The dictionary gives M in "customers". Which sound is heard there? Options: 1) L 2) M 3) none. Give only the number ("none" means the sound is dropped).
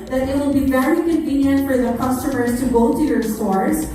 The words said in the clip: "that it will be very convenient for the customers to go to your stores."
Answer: 2